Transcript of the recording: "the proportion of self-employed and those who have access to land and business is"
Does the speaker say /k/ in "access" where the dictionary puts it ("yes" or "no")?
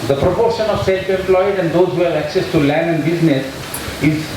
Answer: yes